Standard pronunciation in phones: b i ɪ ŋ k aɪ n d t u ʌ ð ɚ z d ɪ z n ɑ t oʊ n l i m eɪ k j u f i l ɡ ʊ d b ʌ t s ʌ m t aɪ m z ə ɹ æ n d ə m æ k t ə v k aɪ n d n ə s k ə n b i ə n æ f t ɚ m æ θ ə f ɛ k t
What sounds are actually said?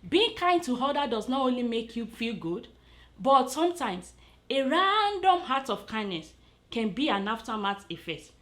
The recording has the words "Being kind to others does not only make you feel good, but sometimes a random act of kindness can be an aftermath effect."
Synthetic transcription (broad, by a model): b i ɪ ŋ k aɪ n d t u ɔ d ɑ d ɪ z n ɑ t oʊ n l i m eɪ k j u f i l ɡ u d b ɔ t s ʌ m t aɪ m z ə ɹ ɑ n d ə m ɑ t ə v k aɪ n d n ə s k ə n b i ə n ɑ f t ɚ m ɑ t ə f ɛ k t